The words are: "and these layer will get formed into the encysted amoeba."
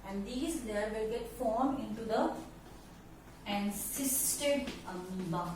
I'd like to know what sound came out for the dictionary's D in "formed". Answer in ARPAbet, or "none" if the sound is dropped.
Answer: none